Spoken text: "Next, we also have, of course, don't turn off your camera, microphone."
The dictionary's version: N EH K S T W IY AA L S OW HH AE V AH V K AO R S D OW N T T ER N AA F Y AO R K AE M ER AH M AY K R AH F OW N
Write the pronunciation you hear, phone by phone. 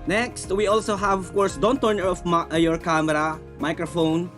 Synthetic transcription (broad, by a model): N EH K S T W IY AA L S OW HH AE V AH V K AO R S D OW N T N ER AA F Y AO R K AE M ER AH M AY K R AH F OW N